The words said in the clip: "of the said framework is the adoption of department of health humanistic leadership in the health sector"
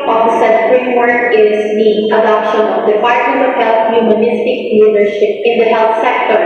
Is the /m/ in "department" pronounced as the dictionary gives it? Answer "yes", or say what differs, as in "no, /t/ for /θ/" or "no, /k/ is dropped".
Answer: no, /m/ is dropped